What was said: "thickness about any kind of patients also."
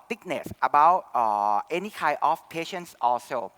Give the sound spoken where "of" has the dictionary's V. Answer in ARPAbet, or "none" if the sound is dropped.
F